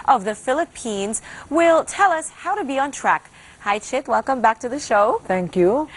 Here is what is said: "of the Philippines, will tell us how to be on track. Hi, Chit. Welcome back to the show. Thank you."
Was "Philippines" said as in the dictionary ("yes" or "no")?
yes